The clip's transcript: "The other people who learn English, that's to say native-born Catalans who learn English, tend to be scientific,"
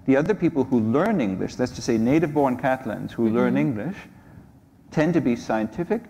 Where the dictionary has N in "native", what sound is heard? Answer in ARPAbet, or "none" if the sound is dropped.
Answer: N